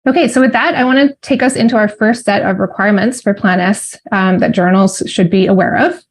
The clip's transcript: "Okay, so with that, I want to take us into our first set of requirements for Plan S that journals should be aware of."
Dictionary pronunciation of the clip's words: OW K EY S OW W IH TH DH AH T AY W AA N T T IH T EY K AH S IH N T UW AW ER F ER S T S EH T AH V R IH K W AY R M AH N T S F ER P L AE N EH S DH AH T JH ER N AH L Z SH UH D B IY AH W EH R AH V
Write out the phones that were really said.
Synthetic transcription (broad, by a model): OW K EY S OW W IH DH AH T AY W AA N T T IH T EY K AH S IH N T UW AW ER F ER S T S EH T AH V R IH K W AY R M AH N T S F ER P L AE N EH S DH AH T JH ER N L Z SH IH D B IY AH W EH R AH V